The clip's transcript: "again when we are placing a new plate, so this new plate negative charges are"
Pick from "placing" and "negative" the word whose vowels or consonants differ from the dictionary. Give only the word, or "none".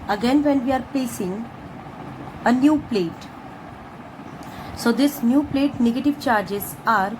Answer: placing